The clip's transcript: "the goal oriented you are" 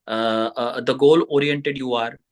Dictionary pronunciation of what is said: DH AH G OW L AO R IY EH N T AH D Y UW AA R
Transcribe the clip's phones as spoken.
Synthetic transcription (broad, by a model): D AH G OW L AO R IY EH N T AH D Y UW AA R